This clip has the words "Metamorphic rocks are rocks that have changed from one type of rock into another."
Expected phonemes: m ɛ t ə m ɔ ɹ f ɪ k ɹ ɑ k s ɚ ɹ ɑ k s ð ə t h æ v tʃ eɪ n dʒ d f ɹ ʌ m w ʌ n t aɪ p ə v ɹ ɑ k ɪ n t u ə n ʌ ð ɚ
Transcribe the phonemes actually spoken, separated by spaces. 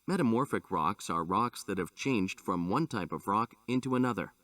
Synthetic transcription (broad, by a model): m ɛ t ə m ɔ ɹ f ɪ k ɹ ɑ k s ɚ ɹ ɑ k s ð ə t h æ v tʃ eɪ n dʒ d f ɹ ʌ m w ʌ n t aɪ p ə v ɹ ɑ k ɪ n t u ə n ʌ ð ɚ